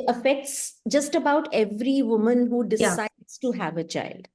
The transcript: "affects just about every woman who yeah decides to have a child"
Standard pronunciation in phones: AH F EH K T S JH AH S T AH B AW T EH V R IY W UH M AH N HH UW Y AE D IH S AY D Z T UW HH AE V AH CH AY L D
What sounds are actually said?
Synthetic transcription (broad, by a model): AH F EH K T S JH AH S T AH B AW T EH V R IY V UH M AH N HH UW D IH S AY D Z T UW HH AE V AH CH AY L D